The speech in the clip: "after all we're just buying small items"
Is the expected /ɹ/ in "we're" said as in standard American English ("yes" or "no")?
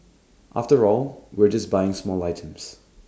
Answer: yes